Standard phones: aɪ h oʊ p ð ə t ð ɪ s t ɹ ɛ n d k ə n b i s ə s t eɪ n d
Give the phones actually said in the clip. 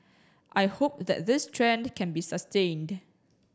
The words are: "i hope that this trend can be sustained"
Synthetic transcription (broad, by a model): aɪ h oʊ p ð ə t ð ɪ s t ɹ ɛ n d k ə n b i s ə s t eɪ n d